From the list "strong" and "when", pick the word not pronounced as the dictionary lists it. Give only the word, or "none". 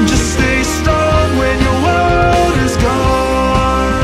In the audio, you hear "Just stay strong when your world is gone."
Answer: strong